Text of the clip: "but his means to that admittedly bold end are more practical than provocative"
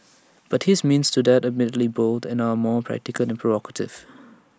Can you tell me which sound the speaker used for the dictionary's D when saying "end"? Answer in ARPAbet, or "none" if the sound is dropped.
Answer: none